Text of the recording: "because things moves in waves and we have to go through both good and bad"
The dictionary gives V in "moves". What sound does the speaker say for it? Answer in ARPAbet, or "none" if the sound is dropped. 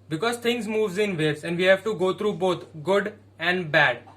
V